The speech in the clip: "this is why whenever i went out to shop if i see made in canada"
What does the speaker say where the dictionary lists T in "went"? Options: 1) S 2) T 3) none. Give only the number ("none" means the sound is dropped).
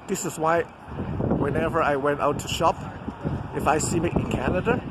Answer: 2